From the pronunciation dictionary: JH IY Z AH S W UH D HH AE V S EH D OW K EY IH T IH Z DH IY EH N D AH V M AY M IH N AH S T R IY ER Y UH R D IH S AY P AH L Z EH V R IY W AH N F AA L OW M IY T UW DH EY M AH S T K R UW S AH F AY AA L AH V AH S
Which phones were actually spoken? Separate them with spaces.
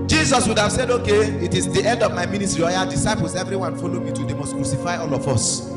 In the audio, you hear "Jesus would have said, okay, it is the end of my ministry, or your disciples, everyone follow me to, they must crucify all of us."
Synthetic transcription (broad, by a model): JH IY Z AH S W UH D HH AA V S EH D OW K EY IH T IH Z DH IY EH N D AH V M AY M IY N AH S T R IY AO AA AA D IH S AY P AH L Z EH V R IY W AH N F AA L OW M IY T UW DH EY M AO S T K R UW S AH F AY AA L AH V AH S